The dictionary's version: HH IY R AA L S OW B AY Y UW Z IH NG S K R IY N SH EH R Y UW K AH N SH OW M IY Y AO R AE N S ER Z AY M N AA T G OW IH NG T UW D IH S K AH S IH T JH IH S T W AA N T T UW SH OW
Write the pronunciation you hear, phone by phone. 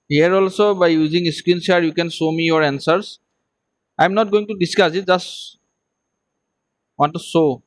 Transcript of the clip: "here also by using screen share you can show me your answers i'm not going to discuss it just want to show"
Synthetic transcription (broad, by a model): HH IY R AA L S OW B AY Y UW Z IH NG S K R IY N S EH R Y UW K AH N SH OW M IY Y AO R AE N S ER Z AY M N AA T G OW IH NG T UW D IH S K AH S IH T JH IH S T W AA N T T UW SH OW